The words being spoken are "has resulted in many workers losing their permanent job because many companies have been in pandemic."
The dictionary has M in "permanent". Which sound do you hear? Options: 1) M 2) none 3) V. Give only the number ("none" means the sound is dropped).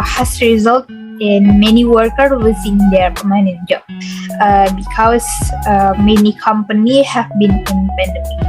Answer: 2